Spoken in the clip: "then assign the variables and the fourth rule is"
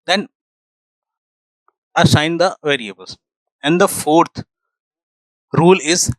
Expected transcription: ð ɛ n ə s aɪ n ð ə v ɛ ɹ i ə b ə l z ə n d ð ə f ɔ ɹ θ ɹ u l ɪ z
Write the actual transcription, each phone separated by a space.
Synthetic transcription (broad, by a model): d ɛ n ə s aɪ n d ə v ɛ ɹ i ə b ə l s ə n d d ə f ɔ ɹ t ɹ u l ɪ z